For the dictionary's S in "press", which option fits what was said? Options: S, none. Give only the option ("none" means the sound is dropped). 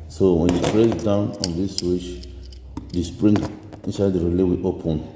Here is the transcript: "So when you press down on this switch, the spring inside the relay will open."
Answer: none